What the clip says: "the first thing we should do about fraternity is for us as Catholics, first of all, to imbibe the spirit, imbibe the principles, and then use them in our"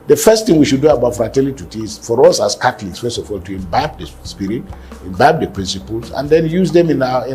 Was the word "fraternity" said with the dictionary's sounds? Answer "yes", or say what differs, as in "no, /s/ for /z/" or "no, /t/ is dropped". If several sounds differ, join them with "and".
no, /l/ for /n/